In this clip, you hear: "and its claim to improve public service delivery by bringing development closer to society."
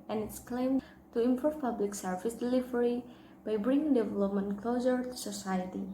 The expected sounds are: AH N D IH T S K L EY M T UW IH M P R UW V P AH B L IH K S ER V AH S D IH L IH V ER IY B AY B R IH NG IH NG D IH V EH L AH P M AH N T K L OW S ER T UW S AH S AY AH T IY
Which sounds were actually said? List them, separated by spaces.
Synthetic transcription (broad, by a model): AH N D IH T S K L EY M T UW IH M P AO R P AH B L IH K S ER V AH S D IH L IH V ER IY B AY B R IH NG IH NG D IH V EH L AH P M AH N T K L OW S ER T UW S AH S AY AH T IY